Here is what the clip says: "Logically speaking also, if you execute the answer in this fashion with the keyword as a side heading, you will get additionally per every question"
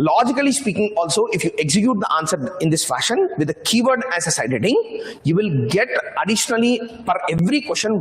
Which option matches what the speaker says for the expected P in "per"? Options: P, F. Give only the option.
F